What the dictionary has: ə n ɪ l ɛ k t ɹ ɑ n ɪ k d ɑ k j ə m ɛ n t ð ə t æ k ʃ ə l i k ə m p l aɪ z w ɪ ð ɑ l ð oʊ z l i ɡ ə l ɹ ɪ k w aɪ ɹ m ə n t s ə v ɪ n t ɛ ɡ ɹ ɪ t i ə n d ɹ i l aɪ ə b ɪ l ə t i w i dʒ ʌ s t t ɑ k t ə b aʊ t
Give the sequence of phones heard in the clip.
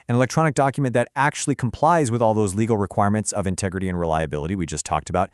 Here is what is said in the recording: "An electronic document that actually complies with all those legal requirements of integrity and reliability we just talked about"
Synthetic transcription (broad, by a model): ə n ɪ l ɛ k t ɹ ɑ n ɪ k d ɑ k j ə m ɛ n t ð ə t æ k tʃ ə l i k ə m p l aɪ z w ɪ ð ɑ l ð oʊ z l i ɡ l ɹ ɪ k w aɪ ɹ m ə n t s ə v ɪ n t ɛ ɡ ɹ ɪ t i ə n ɹ i l aɪ ə b ɪ l ə t i w i dʒ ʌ s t t ɑ k t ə b aʊ t